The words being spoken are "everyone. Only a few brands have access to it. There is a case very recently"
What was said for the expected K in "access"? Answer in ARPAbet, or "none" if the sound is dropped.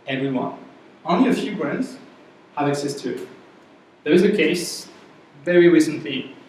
K